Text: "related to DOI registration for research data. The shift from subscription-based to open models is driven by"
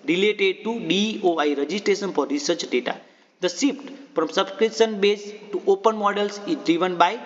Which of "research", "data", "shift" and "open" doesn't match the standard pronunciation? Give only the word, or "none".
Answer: shift